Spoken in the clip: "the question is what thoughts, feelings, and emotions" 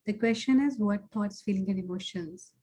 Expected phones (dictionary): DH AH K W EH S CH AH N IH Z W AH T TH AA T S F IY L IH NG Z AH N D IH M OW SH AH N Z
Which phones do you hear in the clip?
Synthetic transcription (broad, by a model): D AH K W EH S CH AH N IH Z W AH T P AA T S F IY L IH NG AH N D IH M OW SH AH N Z